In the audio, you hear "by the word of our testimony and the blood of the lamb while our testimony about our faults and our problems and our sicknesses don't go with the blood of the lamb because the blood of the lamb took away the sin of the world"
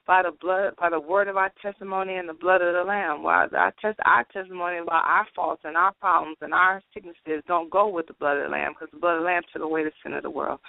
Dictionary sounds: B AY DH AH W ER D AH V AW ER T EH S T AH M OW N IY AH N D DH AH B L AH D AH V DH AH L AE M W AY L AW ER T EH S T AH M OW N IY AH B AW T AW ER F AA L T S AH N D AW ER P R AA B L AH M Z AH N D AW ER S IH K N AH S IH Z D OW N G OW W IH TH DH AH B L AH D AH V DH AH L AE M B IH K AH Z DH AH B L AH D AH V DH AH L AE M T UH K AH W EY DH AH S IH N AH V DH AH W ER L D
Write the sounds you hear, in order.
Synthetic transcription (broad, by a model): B AY DH AH W ER D AH V AW ER T EH S T AH M OW N IY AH N DH AH B L AH D AH V DH AH L AE M W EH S AW ER T EH S T AH M OW N IY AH B AW T AW ER F AA L T S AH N AW ER P R AA B L AH M Z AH N AW ER S IH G N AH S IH Z D OW N G OW W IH DH AH B L AH D AH V DH AH L AE M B K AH Z DH AH B L AH D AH DH AH L AE M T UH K AH W EY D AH S IH N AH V DH AH W ER L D